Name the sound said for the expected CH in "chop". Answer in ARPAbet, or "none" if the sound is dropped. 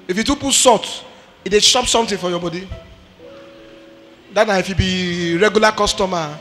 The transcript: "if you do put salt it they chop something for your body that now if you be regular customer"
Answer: SH